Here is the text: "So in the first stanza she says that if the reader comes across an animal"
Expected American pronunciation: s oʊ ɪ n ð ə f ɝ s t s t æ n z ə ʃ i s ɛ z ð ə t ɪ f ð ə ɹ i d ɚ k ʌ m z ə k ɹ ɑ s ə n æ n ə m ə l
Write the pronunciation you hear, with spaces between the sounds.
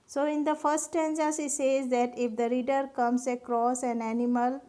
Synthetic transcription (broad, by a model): s oʊ ɪ n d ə f ɝ s t t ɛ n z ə s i s ɛ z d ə t ɪ f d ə ɹ i d ɚ k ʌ m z ə k ɹ ɑ s ə n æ n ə m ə l